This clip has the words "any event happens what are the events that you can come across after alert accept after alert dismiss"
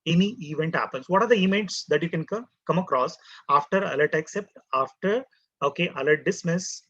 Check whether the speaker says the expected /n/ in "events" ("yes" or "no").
no